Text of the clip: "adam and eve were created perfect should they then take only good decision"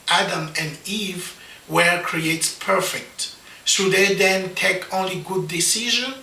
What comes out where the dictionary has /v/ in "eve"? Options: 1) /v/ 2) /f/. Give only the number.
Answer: 1